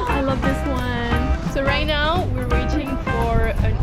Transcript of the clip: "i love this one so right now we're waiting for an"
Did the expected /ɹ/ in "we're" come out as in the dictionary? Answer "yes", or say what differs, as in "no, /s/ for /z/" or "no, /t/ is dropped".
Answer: yes